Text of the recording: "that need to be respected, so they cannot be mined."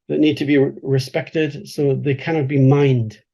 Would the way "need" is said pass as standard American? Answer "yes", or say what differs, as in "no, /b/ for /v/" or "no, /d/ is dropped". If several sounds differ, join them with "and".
yes